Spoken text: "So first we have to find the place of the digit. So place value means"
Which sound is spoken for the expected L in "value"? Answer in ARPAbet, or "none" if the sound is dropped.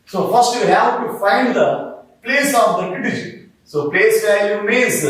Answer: none